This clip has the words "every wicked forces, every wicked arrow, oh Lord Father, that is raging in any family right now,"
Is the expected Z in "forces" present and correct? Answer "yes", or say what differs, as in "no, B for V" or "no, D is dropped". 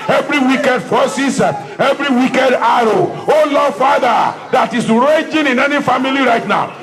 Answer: no, Z is dropped